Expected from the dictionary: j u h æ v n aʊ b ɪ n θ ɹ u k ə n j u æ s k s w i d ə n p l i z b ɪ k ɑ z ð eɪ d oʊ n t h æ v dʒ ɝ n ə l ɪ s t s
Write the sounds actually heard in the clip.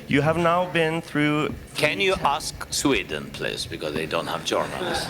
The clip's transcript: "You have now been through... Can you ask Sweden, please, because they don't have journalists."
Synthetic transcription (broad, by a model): j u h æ v n aʊ b ɪ n θ ɹ u k ə n j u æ s k s w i d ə n p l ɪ s b ɪ k ɑ z ð eɪ d oʊ n t h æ v dʒ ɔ n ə l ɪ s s